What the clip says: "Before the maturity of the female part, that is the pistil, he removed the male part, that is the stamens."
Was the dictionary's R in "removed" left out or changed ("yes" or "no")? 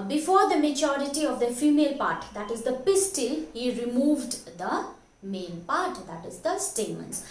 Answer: no